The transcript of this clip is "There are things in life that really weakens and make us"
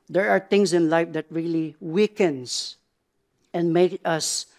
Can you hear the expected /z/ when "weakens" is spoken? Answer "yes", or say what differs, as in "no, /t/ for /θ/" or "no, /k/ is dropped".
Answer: no, /s/ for /z/